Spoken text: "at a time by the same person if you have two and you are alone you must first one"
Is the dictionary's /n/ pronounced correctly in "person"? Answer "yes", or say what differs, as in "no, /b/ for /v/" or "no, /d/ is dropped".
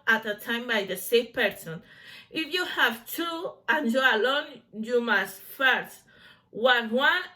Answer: yes